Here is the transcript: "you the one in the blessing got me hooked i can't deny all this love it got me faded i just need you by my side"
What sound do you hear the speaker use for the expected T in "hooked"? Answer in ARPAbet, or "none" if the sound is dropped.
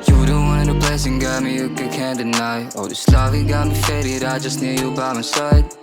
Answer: none